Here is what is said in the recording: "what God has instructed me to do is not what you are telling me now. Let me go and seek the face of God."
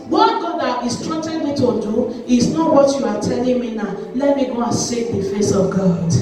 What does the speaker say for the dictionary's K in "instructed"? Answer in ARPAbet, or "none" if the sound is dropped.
none